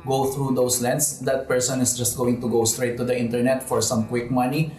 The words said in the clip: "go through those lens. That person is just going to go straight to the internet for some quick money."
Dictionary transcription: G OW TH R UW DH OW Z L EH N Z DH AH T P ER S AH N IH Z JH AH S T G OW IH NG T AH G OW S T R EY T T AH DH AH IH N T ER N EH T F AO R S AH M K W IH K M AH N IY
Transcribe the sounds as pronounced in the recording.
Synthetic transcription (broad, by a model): G OW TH R UW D OW S L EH N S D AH T P ER S AH N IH S JH AH S T G OW IH NG T AH G OW S T R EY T T AH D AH IH N T ER N EH T F AO R S AH M K W IH K M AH N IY